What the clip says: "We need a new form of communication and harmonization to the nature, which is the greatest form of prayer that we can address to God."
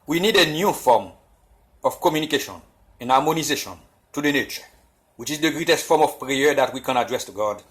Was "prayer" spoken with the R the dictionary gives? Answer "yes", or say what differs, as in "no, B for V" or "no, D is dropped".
yes